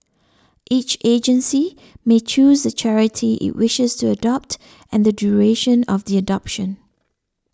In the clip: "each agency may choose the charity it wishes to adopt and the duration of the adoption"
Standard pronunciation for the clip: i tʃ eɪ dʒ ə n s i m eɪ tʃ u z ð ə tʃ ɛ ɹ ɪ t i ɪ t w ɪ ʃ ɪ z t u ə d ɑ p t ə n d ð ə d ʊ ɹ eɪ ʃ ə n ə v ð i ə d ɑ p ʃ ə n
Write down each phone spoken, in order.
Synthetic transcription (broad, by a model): i tʃ eɪ dʒ ə n s i m eɪ tʃ u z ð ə tʃ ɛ ɹ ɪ t i ɪ t w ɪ ʃ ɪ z t u ə d ɑ p t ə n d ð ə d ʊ ɹ eɪ ʃ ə n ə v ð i ə d ɑ p ʃ ə n